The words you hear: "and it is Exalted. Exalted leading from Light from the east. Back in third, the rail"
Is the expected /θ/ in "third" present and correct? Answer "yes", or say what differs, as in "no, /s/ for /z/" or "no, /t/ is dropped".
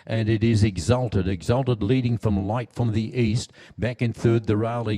yes